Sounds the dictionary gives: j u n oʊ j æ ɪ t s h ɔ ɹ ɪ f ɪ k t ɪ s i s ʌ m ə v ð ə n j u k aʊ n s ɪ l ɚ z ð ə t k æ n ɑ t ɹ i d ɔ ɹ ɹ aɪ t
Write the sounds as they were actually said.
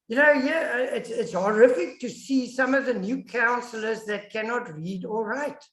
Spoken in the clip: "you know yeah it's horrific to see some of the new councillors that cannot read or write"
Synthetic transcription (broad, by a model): j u n oʊ j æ ɪ t s h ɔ ɹ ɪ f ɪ k t ɪ s i s ʌ m ə v ð ə n j u k aʊ n s l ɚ z ð ə t k æ n ɑ t ɹ i d ɔ l ɹ aɪ t